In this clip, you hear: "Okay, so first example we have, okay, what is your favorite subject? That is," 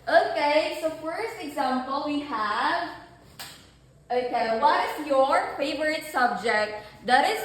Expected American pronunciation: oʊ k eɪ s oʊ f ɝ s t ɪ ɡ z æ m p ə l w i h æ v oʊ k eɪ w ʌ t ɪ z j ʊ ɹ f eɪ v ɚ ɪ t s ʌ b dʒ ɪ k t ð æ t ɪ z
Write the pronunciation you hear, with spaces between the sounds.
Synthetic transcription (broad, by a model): oʊ k eɪ s oʊ f ɝ s t ɪ ɡ z æ m p ə l w i h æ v oʊ k eɪ w ʌ t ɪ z j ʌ ɹ f eɪ v ɚ ɪ t s ʌ b dʒ ɪ k t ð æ t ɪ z